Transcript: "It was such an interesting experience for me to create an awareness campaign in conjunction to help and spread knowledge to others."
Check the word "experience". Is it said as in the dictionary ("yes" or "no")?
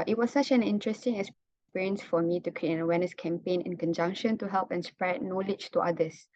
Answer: no